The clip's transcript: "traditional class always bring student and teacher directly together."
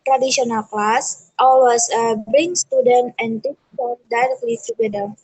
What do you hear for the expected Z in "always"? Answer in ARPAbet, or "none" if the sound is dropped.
S